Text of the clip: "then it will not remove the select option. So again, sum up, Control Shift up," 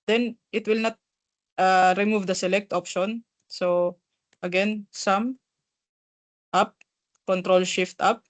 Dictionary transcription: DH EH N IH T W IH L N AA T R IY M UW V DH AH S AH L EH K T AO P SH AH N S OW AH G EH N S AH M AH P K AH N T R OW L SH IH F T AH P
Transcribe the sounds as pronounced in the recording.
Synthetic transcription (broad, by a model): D EH N IH T W IH L N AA T R IY M UW V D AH S AH L EH K T AO P SH AH N S OW AH G EH N S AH M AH P K AH N T R OW L SH IH F T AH P